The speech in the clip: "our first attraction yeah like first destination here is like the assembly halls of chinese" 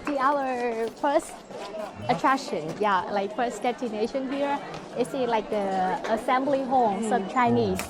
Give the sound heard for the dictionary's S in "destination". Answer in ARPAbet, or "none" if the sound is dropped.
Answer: none